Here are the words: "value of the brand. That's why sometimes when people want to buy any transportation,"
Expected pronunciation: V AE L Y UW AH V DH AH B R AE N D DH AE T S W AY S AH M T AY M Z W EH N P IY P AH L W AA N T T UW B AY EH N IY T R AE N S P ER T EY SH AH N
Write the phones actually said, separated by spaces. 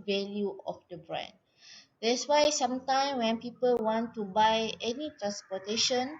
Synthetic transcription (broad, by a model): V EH L Y UW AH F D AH B R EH N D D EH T S W AY S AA M T AY M W EH N P IY P AH L W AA N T T UW B AY EH N IY T R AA N S P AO T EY SH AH N